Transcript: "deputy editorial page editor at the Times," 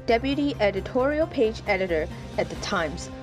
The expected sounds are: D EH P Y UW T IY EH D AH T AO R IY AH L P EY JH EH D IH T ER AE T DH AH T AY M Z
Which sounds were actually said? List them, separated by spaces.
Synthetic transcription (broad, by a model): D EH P Y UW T IY EH D AH T AO R IY AH L P EY JH EH D IH T ER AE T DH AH T AY M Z